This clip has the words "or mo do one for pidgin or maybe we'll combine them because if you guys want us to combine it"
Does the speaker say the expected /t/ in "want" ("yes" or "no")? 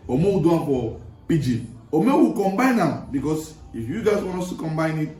no